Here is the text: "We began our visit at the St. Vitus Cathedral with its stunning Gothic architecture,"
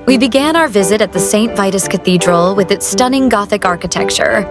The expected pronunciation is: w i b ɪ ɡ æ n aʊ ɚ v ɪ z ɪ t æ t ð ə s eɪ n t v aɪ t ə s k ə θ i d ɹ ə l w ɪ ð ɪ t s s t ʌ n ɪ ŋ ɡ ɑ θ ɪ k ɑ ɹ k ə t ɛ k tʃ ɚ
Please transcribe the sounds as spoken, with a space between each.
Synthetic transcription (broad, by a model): w i b ɪ ɡ æ n aʊ ɚ v ɪ z ɪ t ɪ t ð ə s eɪ n t v aɪ t ə s k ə θ i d ɹ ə l w ɪ ð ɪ t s s t ʌ n ɪ ŋ ɡ ɑ θ ɪ k ɑ ɹ k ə t ɛ k tʃ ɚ